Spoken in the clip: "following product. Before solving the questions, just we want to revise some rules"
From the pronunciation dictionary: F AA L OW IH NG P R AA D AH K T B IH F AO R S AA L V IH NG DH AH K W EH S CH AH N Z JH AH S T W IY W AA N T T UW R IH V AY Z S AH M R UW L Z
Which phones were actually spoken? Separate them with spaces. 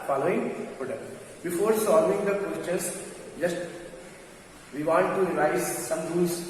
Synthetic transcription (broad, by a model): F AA L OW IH NG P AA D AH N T B IH F AO R S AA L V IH NG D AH K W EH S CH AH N S JH AH S T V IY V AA T T UW R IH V AY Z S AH M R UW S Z